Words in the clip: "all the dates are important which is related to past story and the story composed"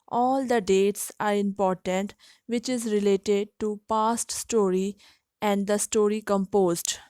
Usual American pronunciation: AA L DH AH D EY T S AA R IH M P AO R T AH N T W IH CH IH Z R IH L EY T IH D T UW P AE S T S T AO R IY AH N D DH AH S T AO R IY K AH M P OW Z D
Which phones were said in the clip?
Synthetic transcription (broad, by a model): AA L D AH D EY T S AA R IH M P AO R T AH N T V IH CH IH Z R IH L EY T IH D T UW P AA S T S T AO R IY AH N D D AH S T AO R IY K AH M P OW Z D